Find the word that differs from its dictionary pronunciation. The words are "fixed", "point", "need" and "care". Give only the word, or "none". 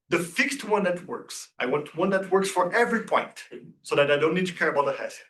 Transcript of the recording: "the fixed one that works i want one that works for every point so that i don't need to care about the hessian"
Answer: none